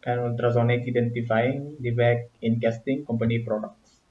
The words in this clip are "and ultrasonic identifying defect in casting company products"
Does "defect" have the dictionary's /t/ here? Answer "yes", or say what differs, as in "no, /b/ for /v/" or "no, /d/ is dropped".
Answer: no, /t/ is dropped